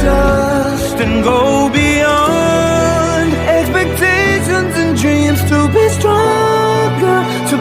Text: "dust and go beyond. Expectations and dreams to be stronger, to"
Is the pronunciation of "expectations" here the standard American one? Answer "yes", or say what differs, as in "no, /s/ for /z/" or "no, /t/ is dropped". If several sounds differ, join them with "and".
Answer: yes